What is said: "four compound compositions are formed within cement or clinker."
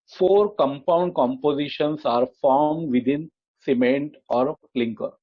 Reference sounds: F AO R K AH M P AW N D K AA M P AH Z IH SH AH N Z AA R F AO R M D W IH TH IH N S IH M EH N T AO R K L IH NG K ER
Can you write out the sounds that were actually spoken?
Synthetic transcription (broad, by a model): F AO R K AH M P AW N D K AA M P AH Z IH SH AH N S AA R F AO R M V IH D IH N S IH M EH N T AO R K L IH NG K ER